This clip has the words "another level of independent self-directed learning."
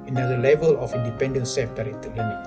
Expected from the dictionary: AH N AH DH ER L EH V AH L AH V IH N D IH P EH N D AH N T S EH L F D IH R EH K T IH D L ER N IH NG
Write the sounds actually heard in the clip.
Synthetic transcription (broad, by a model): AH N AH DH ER L EH V AH L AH F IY N D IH P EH N D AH N S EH F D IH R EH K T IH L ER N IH